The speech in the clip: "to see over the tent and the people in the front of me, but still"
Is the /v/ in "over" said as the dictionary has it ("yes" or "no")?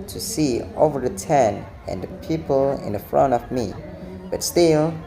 yes